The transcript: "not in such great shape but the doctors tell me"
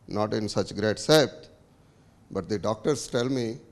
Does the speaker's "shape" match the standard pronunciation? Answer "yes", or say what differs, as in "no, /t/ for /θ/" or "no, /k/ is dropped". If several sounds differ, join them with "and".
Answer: no, /s/ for /ʃ/